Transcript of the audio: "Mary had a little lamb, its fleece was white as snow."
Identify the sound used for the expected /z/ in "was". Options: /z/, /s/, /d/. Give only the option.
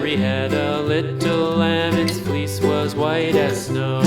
/z/